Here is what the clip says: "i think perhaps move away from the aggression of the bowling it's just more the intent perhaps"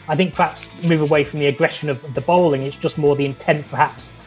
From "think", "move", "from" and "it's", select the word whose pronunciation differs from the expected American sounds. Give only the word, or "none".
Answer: none